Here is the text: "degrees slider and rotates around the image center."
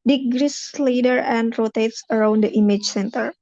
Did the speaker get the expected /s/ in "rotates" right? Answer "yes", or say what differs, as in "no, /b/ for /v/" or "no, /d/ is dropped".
yes